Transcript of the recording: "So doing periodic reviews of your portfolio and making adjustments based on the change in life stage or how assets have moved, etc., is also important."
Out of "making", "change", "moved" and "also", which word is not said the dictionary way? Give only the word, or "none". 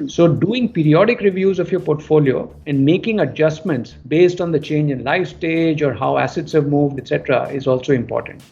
none